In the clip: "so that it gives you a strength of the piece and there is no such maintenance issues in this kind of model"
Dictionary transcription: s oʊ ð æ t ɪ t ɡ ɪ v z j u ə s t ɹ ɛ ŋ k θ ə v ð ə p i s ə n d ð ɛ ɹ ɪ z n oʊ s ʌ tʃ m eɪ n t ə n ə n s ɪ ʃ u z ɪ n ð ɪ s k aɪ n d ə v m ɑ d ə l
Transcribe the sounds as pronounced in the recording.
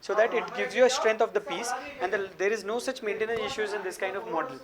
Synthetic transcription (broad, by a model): s oʊ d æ t ɪ t ɡ ɪ v z j u ə s t ɹ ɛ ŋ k t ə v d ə p i s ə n d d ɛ ɹ ɪ z n oʊ s ʌ tʃ m eɪ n t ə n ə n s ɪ ʃ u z ɪ n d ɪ s k aɪ n d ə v m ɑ d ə l